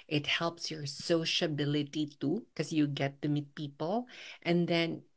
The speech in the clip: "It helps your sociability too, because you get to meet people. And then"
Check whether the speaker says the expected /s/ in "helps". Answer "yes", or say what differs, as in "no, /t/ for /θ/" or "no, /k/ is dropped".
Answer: yes